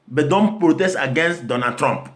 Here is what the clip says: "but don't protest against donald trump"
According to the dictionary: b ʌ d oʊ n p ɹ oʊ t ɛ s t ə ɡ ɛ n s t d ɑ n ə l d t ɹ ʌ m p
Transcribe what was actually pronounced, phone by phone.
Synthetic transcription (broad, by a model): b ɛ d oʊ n p ɹ oʊ t ɛ s t ə ɡ ɛ n s t d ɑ n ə d t ɹ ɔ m p